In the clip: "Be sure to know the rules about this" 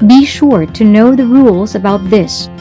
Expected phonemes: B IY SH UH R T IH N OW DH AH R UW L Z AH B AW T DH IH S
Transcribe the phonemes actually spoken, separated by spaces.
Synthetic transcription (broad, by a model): B IY SH UH R T IH N OW DH AH R UW L Z AH B AW T DH IH S